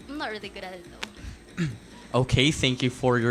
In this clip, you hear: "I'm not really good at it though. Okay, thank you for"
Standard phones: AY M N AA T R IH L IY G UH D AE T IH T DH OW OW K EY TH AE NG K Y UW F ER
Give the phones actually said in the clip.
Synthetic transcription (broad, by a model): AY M N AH T R IH L IY G UH D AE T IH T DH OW OW K EY TH AE NG K Y UW F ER